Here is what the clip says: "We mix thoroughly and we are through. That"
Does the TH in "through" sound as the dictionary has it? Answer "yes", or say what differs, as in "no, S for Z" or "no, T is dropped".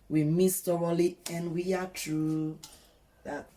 no, T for TH